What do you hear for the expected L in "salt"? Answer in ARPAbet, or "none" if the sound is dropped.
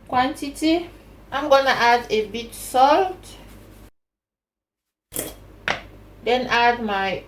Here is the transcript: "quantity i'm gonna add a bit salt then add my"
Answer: L